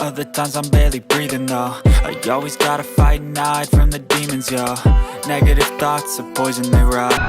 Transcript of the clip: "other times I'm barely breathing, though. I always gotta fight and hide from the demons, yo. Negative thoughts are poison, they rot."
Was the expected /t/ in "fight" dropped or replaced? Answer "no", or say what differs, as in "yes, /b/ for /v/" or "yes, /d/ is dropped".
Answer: yes, /t/ is dropped